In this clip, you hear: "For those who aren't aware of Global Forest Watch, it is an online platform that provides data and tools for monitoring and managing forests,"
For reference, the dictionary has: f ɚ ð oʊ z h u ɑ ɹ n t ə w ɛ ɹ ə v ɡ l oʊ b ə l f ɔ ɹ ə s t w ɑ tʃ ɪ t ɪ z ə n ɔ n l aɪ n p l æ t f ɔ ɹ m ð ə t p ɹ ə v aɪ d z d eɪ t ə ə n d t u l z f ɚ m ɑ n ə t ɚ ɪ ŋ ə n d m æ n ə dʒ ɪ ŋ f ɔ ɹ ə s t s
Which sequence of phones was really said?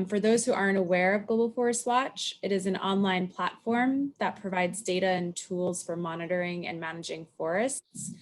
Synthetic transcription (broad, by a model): f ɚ ð oʊ z h u ɑ ɹ n t ə w ɛ ɹ ə v ɡ oʊ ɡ l f ɔ ɹ ə s t w ɑ tʃ ɪ t ɪ z n ɔ n l aɪ n p l æ t f ɔ ɹ m ð ə t p ɹ ə v aɪ d z d eɪ t ə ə n t u l z f ɚ m ɑ n ə t ɚ ɪ ŋ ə n m æ n ə dʒ ɪ ŋ f ɔ ɹ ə s t s